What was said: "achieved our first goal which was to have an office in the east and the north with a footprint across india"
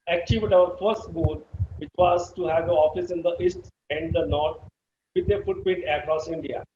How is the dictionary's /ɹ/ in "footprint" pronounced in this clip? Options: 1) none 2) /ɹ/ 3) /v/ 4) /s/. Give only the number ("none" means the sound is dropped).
1